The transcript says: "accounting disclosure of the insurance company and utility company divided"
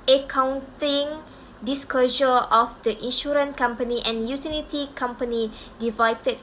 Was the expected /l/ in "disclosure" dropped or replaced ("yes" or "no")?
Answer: yes